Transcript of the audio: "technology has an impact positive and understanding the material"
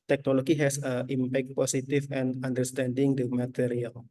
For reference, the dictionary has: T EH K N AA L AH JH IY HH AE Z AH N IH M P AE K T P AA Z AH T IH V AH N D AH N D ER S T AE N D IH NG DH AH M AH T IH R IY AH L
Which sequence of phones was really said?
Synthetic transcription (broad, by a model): T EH K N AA L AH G IY HH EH S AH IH M P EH K T P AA S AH T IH F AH N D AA N D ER S T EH N D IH NG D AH M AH T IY R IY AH L